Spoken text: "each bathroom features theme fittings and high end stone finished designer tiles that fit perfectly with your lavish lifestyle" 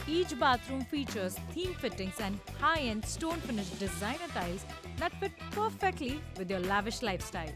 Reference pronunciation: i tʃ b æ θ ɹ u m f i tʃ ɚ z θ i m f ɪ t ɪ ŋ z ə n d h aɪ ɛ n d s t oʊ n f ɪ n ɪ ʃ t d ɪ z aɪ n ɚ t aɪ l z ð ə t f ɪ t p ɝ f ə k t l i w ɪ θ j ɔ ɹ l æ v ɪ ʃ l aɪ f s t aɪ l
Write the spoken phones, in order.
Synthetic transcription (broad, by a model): i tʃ b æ t ɹ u m f i tʃ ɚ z t i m f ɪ t ɪ ŋ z ə n d h aɪ ɛ n d s t oʊ n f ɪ n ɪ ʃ d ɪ z aɪ n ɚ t aɪ l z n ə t f ɪ t p ɝ f ə k t l i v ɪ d j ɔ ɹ l æ v ɪ ʃ l aɪ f s t aɪ l